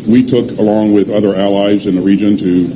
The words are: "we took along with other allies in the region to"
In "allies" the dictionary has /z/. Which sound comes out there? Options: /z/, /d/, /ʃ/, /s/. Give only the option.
/z/